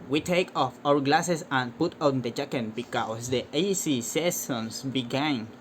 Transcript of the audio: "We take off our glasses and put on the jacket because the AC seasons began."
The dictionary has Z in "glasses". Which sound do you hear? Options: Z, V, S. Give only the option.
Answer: S